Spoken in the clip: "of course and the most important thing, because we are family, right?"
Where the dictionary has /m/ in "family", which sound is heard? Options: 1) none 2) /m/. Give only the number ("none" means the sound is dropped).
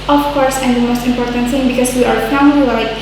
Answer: 1